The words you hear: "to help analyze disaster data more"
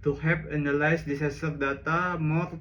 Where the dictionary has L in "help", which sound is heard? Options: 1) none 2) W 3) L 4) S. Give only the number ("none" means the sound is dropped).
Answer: 1